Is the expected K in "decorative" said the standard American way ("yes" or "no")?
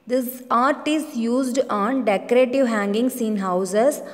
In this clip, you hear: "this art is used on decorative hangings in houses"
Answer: yes